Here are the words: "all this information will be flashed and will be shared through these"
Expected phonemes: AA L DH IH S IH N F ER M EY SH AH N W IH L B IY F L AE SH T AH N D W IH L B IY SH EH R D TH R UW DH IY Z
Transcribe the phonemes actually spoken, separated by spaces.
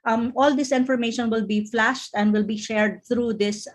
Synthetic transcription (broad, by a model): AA L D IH S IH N F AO M EY SH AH N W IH L B IY F L AE SH T AH N D W IH L B IY SH EH R D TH R UW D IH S